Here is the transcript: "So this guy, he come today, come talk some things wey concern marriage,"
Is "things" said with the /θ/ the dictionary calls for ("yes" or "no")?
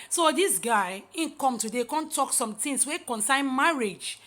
no